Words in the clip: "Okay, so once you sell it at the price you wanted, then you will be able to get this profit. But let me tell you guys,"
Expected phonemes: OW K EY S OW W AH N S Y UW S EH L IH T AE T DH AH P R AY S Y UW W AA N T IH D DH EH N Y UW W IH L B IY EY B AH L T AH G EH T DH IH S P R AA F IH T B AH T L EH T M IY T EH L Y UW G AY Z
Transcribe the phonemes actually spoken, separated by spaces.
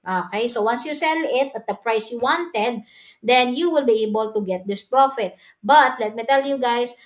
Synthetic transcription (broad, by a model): OW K EY S OW W AH N S Y UW S EH L IH T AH T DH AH P R AY S Y UW W AA N T IH D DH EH N Y UW W IH L B IY EY B AH L T AH G EH T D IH S P R AA F IH T B AH T L EH T M IY T EH L Y UW G AY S